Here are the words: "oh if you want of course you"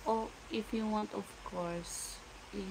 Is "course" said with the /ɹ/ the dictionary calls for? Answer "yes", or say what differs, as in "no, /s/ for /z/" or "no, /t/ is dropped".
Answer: yes